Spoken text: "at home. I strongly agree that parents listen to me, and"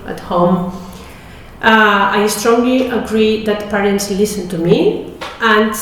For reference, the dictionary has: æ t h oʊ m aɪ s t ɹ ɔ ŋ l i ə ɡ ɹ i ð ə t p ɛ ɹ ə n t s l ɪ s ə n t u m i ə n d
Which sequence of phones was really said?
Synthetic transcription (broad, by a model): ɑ t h oʊ m aɪ s t ɹ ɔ ŋ l i ə ɡ ɹ i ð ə t p ɛ ɹ ə n t s l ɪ s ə n t u m i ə n